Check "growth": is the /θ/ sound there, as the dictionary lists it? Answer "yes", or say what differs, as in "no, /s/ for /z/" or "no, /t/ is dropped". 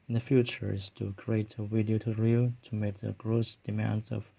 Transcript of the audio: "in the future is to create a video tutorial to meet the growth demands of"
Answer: no, /s/ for /θ/